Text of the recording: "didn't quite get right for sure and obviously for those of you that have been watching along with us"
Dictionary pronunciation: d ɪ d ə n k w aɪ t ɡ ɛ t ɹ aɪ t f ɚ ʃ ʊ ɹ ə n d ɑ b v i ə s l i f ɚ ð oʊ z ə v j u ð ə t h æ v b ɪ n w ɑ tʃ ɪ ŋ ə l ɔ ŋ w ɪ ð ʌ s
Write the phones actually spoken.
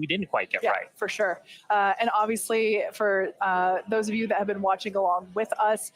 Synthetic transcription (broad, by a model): d ɪ d n k w aɪ t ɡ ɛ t ɹ aɪ t f ɚ ʃ ʊ ɹ ə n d ɑ b v i ə s l i f ɚ ð oʊ z ə v j u ð ə t h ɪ v b ɪ n w ɑ tʃ ɪ ŋ ə l ɔ ŋ w ɪ ð ʌ s